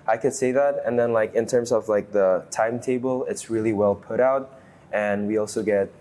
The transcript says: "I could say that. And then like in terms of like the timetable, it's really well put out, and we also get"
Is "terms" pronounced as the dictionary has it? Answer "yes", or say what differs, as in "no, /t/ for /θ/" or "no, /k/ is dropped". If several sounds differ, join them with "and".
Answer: yes